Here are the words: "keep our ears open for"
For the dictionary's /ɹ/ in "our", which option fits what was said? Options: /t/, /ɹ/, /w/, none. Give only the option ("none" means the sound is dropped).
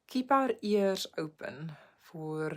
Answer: /ɹ/